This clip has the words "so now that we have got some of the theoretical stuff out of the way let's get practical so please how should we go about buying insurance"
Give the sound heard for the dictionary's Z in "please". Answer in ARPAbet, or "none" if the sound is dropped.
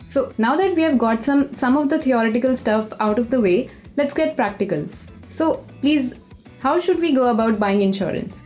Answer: Z